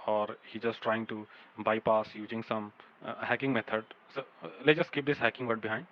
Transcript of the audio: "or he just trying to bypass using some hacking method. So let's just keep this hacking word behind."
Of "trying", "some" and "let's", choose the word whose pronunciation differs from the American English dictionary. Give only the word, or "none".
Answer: let's